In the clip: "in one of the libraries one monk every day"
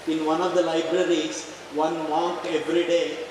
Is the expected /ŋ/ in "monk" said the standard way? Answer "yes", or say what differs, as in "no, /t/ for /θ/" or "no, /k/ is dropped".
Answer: no, /ŋ/ is dropped